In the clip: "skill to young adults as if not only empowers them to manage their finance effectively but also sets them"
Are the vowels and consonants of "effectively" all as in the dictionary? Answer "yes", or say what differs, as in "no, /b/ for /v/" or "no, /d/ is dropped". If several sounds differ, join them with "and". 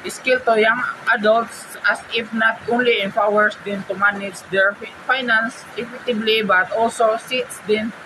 no, /b/ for /v/